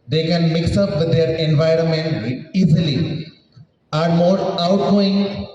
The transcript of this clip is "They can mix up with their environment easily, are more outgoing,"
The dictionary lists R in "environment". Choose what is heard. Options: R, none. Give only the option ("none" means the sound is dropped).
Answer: R